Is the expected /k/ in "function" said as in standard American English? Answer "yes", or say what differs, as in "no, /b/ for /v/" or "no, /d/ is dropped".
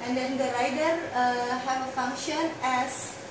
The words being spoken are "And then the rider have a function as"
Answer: yes